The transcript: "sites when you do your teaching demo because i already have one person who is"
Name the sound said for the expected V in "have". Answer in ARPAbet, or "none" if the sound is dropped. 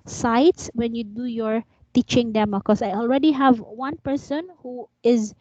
V